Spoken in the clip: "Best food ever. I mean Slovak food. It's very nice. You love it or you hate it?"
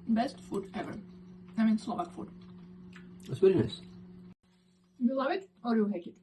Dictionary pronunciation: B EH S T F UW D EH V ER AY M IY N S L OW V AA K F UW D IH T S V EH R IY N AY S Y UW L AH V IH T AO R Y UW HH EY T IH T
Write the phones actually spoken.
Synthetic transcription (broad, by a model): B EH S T F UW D EH V ER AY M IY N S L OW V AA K F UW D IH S W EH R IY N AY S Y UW L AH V IH T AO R Y UW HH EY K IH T